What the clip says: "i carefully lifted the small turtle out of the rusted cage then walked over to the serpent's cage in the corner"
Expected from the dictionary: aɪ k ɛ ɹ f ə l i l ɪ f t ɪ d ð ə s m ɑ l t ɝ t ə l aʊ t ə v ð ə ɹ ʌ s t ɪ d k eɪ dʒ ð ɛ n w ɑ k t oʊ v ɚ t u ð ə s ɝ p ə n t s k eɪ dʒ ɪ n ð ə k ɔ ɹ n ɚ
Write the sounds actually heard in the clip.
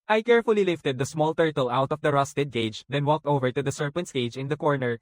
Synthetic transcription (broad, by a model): aɪ k ɛ ɹ f ə l i l ɪ f t ɪ d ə s m ɑ l t ɝ t ə l aʊ t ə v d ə ɹ ʌ s t ɪ d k eɪ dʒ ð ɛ n w ɑ k t oʊ v ɚ t u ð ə s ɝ p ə n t s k eɪ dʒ ɪ n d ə k ɔ ɹ n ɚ